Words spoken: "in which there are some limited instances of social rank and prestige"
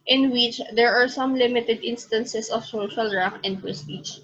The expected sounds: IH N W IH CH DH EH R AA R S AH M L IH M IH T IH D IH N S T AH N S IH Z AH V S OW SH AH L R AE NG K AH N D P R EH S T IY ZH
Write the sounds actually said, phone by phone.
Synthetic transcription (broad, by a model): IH N W IH CH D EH R AA R S AH M L IH M IH T IH D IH N S T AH N S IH S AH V S OW SH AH L R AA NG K AH N D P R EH S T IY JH